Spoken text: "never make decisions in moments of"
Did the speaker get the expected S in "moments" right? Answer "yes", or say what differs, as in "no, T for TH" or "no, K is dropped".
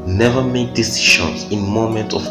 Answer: no, S is dropped